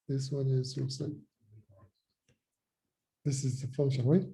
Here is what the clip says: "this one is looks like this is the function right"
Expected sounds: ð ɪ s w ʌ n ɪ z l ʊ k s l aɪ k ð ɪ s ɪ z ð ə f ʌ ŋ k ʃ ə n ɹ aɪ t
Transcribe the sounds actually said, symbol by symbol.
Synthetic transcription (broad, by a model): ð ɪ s w ʌ n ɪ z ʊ s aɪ ð ɪ s ɪ z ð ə f ʌ ŋ k ʃ ə n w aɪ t